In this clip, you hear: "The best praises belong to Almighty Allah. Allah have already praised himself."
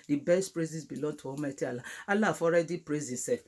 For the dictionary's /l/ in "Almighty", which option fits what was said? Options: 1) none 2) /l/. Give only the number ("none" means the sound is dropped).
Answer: 1